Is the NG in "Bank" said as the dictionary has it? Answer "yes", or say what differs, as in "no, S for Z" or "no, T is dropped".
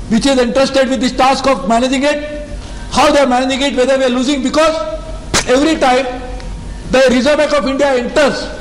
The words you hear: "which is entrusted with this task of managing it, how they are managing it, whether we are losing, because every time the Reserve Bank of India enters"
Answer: no, NG is dropped